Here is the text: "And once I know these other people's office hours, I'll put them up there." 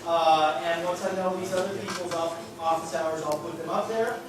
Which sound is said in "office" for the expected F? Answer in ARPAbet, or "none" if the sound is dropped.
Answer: P